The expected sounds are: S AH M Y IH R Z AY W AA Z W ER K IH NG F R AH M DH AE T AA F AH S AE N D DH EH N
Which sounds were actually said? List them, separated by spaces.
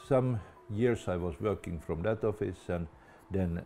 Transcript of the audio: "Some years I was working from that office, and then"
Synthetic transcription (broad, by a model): S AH M Y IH R S AY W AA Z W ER K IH NG F R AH M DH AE T AA F AH S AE N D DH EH N